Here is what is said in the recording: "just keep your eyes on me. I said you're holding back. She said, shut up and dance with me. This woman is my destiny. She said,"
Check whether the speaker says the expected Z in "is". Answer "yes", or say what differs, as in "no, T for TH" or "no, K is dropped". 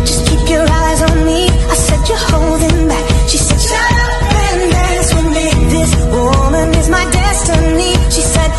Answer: yes